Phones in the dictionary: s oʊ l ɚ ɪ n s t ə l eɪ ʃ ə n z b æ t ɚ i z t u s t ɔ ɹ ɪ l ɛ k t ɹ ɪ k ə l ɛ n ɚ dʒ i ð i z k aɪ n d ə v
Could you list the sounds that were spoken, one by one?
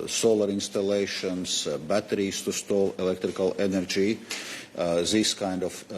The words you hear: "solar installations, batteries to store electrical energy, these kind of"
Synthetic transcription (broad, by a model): s oʊ l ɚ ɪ n s t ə l eɪ ʃ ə n s b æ t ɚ i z t u s t ɔ l ɪ l ɛ k t ɹ ɪ k ə l ɛ n ɚ dʒ i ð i s k aɪ n d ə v